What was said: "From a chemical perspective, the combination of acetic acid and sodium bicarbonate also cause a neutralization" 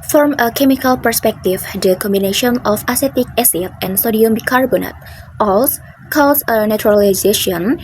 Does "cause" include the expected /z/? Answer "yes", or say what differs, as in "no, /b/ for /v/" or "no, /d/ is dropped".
no, /s/ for /z/